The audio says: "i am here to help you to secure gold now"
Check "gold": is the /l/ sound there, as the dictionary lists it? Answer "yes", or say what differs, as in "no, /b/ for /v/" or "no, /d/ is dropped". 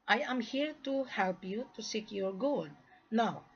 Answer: no, /l/ is dropped